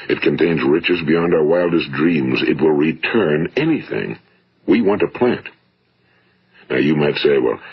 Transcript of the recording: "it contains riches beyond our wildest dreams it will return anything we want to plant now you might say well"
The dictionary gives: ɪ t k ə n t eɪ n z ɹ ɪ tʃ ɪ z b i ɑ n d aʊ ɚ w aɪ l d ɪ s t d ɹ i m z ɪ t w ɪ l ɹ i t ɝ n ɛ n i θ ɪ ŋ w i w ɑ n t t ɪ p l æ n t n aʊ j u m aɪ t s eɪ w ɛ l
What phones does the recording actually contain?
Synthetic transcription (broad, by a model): ɪ t k ə n t eɪ n z ɹ ɪ tʃ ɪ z b i ɑ n d aʊ ɚ w aɪ l d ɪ s d ɹ i m z ɪ t w ɪ l ɹ i t ɝ n ɛ n i θ ɪ ŋ w i w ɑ n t t ɪ p l æ n t n aʊ j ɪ m aɪ t s eɪ w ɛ l